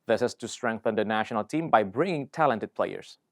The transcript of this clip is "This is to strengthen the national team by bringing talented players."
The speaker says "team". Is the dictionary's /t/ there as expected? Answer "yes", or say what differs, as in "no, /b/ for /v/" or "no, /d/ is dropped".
yes